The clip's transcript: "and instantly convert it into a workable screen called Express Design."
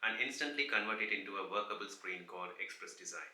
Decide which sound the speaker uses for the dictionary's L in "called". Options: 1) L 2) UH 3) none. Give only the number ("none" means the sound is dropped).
3